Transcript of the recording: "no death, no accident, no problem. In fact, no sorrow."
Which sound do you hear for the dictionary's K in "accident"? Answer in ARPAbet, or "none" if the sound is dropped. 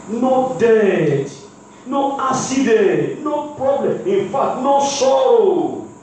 none